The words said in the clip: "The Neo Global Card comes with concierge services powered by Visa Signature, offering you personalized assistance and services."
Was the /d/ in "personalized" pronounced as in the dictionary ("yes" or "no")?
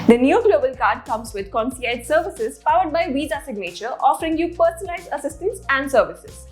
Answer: no